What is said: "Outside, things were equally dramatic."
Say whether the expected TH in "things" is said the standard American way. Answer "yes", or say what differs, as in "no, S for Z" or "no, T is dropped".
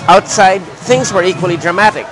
yes